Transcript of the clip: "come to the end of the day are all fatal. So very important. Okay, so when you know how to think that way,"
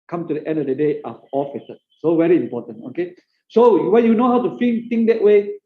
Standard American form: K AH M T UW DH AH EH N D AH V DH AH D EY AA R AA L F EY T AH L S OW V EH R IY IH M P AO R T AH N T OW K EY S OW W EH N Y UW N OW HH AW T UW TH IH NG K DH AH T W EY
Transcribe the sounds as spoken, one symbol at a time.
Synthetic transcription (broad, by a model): K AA M T UW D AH EH N D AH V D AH D EY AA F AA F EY S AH S OW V EH R IY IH M P AO T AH N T OW K EY S OW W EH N Y UW N OW HH AW T UW F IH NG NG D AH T W EY